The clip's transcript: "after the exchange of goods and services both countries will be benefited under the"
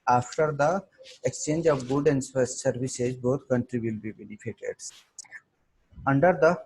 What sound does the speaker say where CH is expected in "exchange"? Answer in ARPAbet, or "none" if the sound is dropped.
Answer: CH